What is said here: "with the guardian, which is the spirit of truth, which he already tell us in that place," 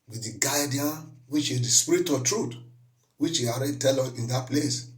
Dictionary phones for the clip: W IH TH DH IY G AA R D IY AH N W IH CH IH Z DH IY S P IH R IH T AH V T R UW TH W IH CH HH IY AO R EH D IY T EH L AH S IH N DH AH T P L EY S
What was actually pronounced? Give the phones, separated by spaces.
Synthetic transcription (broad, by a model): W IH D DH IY G AA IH D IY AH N W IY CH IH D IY S P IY R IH T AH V T R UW T W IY CH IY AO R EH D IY T EH L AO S IH N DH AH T P L EY S